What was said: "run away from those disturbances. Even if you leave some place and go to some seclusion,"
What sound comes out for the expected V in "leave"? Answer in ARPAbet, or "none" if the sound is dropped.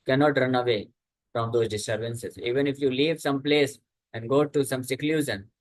V